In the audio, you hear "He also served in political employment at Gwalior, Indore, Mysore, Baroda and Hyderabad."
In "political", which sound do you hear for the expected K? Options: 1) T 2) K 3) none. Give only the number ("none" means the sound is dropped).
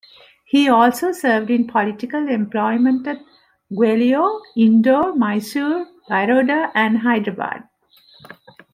2